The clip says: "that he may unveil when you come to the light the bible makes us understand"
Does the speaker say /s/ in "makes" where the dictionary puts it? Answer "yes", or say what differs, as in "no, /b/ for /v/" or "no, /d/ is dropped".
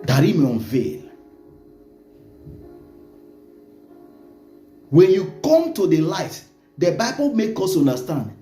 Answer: no, /s/ is dropped